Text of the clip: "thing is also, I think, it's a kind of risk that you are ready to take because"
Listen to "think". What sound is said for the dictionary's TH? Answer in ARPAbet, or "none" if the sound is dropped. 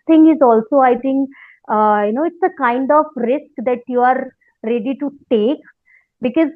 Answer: T